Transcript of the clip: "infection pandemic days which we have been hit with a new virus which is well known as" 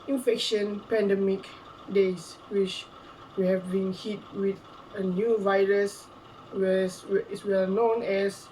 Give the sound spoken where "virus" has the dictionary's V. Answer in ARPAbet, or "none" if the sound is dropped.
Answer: V